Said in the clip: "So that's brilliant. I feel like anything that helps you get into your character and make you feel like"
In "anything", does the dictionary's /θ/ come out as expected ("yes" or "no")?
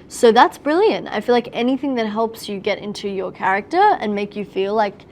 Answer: yes